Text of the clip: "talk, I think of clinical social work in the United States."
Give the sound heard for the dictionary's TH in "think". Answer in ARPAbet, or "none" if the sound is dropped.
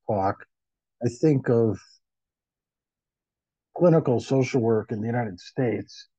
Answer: TH